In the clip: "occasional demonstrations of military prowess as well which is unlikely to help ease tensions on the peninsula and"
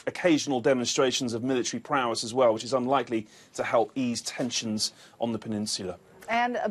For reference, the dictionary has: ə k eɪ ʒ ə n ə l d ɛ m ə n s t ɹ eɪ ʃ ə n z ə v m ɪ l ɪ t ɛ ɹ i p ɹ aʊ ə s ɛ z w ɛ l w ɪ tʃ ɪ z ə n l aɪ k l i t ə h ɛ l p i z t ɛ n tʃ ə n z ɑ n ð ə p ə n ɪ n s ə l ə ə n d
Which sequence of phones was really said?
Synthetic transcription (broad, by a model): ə k eɪ ʒ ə n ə l d ɛ m ə n s t ɹ eɪ ʃ ə n z ə v m ɪ l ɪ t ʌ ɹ i p ɹ aʊ ə s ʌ z w ɛ l w ɪ tʃ ɪ z ə n l aɪ k l i t ə h ɛ l p i z t ɛ n ʃ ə n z n ð ə p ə n ɪ n s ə l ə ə n